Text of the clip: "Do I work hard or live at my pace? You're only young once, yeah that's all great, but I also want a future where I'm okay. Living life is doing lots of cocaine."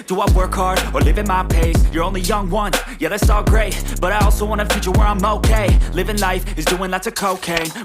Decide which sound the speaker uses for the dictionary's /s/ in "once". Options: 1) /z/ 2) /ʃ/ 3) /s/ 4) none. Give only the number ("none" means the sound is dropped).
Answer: 4